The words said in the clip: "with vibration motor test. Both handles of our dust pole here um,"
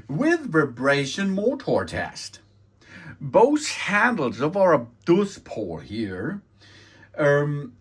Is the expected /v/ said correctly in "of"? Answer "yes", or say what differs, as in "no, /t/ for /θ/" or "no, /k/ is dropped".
yes